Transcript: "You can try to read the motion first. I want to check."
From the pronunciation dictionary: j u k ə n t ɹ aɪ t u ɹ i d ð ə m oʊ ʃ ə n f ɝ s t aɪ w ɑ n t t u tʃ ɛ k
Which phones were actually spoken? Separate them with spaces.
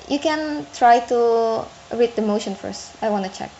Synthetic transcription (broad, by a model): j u k ə n t ɹ aɪ t u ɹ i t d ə m oʊ ʃ ə n f ɝ s t aɪ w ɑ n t t u tʃ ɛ k